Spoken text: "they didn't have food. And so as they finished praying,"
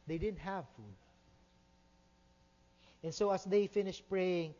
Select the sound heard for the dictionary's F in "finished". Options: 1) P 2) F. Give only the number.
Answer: 2